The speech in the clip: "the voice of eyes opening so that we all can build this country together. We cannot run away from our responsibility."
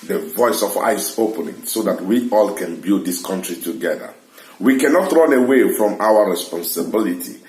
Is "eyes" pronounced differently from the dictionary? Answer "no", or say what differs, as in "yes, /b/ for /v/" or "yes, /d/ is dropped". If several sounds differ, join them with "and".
yes, /s/ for /z/